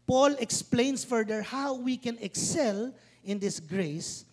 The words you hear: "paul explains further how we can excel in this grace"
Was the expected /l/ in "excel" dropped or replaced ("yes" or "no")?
no